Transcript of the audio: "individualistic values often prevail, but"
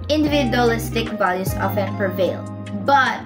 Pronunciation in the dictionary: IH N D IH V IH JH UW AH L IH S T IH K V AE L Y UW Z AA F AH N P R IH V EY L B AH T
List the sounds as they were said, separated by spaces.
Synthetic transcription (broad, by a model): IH N D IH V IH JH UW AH L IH S T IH K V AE L Y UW S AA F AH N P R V EY L B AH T